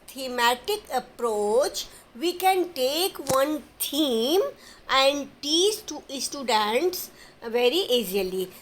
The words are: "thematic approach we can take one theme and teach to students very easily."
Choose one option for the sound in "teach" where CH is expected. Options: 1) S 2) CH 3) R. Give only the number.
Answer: 1